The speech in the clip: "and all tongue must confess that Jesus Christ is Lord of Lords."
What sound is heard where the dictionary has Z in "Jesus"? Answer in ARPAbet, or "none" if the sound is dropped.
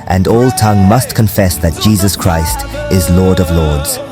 Z